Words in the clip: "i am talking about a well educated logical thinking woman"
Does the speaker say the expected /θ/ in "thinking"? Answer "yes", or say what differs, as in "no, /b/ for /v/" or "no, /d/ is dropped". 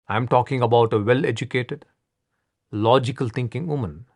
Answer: no, /t/ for /θ/